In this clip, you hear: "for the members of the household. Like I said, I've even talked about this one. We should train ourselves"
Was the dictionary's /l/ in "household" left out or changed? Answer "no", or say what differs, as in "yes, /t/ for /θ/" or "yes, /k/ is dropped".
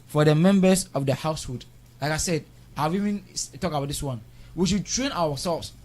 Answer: yes, /l/ is dropped